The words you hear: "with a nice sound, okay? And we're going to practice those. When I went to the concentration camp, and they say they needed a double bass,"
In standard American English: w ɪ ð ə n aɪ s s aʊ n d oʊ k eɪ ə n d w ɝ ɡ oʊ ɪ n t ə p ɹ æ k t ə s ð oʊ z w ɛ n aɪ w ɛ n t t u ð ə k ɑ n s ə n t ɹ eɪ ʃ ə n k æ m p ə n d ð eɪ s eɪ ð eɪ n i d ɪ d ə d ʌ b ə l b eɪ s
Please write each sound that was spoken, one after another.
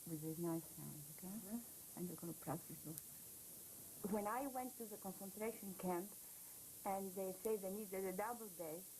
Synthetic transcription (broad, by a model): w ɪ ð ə n aɪ s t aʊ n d oʊ k eɪ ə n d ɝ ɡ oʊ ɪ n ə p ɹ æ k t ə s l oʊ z w ɛ n aɪ w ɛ n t t u ð ə k ɑ n s ə n t ɹ eɪ ʃ ə n k æ m p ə n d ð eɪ s eɪ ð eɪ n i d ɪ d ə d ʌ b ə l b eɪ